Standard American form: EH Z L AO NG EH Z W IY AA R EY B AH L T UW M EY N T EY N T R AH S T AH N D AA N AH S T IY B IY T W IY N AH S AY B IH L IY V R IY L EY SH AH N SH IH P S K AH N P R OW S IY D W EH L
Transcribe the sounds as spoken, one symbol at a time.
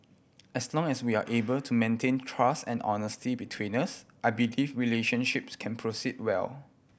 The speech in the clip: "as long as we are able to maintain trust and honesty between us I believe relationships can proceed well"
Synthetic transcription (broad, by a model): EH S L AO NG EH S W IY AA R EY B AH L T UW M EY N T EY N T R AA S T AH N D AA N AH S T IY B IY T W IY N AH S AY B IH L IY F R IY L EY SH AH N SH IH P S K AH N P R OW S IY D W EH L